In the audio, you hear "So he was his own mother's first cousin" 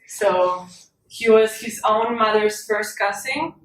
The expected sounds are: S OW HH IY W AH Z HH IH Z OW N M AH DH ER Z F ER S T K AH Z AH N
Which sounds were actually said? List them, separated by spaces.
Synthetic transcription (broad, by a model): S OW HH IY W AH Z HH IH Z OW N M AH DH ER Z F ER S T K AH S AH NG